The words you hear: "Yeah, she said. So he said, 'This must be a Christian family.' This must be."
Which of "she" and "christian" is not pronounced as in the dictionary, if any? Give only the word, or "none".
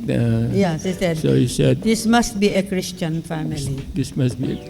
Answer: she